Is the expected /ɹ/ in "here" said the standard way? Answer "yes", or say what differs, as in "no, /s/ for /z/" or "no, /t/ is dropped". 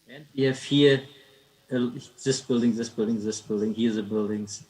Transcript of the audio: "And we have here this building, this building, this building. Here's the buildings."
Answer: no, /l/ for /ɹ/